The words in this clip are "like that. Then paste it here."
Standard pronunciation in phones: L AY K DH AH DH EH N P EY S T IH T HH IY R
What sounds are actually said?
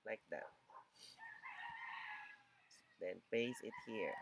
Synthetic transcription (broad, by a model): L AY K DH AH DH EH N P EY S IH T HH IY R